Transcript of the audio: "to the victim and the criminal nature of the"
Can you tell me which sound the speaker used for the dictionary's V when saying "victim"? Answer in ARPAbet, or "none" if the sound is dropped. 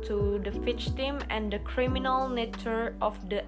F